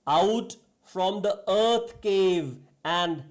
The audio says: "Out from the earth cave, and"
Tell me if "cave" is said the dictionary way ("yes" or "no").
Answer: yes